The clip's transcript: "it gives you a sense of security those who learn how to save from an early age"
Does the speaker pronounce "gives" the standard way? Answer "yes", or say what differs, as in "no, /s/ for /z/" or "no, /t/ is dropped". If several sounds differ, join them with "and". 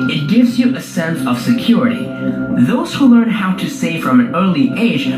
yes